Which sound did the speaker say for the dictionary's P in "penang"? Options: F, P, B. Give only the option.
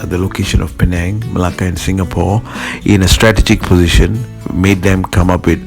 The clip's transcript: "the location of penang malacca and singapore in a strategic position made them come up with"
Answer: P